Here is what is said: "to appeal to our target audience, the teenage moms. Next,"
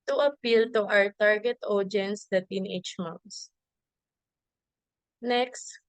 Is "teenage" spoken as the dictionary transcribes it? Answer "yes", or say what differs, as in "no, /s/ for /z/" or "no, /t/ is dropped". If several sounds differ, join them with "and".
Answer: no, /tʃ/ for /dʒ/